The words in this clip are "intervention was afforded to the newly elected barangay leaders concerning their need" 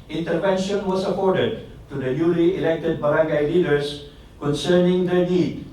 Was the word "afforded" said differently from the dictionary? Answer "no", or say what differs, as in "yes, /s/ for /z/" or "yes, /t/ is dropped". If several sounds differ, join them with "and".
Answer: yes, /p/ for /f/